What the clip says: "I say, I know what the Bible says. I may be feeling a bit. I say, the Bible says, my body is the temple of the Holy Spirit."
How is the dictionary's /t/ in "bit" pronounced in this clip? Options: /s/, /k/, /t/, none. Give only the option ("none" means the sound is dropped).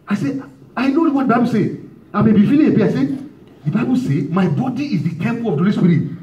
none